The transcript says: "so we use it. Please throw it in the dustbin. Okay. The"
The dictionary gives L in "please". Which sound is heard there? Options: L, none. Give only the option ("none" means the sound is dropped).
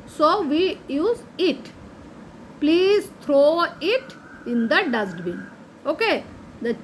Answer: L